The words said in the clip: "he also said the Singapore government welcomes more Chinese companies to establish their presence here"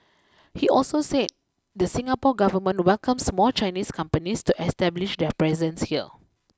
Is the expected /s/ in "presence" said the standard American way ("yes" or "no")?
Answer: yes